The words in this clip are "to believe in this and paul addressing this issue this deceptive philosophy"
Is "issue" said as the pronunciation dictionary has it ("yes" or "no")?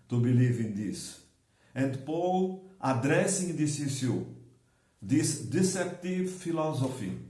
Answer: no